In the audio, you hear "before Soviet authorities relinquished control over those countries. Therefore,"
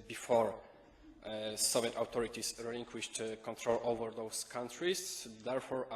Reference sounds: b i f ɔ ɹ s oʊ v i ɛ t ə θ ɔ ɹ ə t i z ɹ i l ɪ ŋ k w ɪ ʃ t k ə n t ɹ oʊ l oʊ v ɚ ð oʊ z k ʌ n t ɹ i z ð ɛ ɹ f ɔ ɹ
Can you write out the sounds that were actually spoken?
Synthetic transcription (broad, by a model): b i f ɔ ɹ s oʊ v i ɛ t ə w ɔ ɹ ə t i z ɹ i l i ŋ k w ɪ ʃ t k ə n t ɹ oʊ l oʊ v ɚ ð oʊ s k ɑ n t ɹ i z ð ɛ ɹ f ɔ ɹ